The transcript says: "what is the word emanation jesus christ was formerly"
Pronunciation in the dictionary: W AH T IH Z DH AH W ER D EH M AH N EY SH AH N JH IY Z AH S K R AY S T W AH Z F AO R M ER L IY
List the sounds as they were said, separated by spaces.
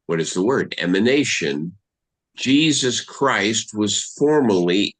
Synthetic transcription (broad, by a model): W AH T IH Z DH AH W ER D EH M AH N EY SH AH N JH IY Z AH S K R AY S T W AH Z F AO R M ER L IY